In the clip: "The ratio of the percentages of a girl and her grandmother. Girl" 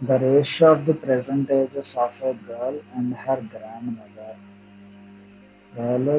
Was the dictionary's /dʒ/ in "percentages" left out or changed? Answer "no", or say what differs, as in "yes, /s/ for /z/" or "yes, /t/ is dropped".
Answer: yes, /z/ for /dʒ/